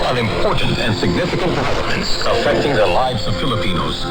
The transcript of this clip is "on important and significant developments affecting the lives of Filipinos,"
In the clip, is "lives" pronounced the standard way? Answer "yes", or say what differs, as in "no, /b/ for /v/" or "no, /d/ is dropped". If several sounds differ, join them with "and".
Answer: yes